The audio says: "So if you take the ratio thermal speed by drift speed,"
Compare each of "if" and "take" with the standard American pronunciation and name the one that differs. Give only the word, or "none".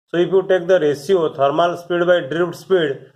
if